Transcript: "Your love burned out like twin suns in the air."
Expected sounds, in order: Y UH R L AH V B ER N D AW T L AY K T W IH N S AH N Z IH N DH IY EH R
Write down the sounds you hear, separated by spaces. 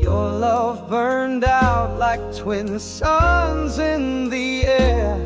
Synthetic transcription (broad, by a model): Y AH R L AH V B ER N D AW T L AY K T W IH N S AH N Z IH N DH IY EH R